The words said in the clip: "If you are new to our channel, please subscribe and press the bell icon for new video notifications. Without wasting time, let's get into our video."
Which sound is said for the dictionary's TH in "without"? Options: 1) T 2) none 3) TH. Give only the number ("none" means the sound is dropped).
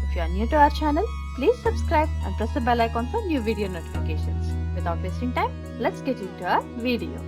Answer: 1